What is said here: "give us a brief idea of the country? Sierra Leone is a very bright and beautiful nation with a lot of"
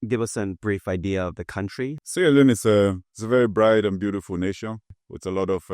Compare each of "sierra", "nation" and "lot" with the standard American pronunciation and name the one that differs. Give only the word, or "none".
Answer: sierra